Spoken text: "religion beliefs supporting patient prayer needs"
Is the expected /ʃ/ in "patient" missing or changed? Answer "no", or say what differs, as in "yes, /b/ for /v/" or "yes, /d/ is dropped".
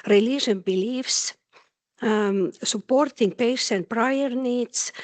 yes, /s/ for /ʃ/